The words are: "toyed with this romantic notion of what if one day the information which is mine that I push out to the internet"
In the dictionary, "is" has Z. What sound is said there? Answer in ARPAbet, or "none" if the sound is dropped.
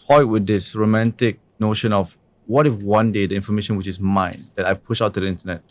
S